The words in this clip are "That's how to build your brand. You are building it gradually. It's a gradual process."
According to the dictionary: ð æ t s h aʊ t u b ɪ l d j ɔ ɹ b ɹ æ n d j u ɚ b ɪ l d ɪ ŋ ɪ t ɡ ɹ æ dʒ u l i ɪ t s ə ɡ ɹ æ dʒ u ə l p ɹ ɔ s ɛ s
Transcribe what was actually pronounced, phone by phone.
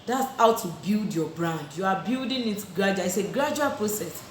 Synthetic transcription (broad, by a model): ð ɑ t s h aʊ t u b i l d j ɔ b ɹ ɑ n d j u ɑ b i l d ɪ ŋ ɪ t ɡ ɹ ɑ dʒ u i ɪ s ə ɡ ɹ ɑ dʒ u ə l p ɹ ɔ s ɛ s